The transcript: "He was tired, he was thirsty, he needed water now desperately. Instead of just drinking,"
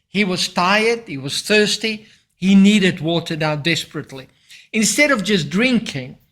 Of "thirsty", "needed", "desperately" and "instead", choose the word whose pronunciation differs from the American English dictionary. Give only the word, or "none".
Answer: none